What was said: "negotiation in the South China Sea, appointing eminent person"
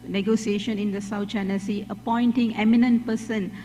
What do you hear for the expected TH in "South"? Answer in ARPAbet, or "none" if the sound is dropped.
T